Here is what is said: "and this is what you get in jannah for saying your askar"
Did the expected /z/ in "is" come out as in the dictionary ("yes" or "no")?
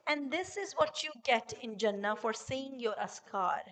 yes